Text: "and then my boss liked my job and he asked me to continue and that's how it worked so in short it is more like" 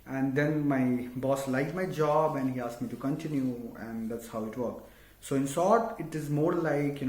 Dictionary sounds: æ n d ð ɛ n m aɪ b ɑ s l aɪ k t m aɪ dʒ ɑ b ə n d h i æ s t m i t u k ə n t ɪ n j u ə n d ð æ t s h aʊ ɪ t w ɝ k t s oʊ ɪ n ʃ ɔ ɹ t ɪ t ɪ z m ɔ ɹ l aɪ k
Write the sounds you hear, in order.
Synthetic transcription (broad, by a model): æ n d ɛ n m aɪ b ɑ s l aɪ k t m aɪ dʒ ɑ b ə n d h i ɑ s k m i t u k ə n t ɪ n j u ə n d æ t s h aʊ ɪ t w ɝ k s oʊ ɪ n s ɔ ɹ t ɪ t ɪ z m ɔ ɹ l aɪ k